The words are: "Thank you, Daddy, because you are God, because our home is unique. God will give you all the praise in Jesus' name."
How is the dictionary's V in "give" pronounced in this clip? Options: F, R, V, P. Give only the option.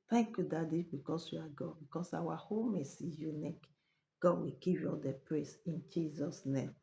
P